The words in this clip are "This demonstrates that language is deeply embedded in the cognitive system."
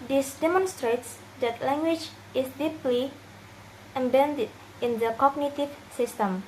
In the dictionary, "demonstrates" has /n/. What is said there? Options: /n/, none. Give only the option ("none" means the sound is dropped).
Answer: /n/